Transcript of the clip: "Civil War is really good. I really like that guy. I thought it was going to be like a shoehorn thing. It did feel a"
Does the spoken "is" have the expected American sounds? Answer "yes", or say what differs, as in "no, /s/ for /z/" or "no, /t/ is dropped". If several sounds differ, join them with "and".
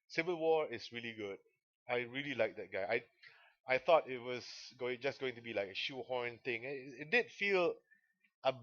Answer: no, /s/ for /z/